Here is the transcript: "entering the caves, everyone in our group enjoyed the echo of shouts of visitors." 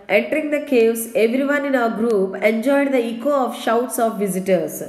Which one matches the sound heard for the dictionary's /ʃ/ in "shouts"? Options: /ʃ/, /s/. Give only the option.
/ʃ/